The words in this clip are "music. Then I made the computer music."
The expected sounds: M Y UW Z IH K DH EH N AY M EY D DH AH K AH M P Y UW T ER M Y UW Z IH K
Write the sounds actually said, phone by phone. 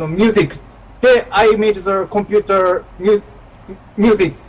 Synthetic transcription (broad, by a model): M Y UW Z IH K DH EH AY M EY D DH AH K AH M P Y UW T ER M Y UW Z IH K